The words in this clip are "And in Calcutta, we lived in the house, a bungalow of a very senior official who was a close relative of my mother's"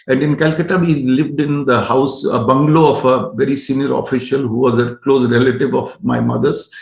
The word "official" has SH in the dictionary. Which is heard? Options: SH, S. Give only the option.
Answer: SH